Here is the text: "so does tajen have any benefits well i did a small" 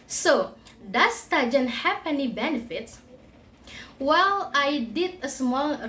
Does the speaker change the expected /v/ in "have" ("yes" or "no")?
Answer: yes